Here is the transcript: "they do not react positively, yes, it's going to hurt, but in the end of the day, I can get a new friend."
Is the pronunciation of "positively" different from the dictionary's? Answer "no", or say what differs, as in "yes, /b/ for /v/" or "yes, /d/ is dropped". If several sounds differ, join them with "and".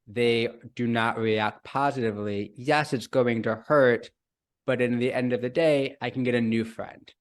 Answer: no